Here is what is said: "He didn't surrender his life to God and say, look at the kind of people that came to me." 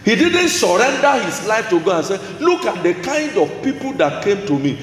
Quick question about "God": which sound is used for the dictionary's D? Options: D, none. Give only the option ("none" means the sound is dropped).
none